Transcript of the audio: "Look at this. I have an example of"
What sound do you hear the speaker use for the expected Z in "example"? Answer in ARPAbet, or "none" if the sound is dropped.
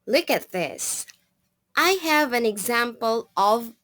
Z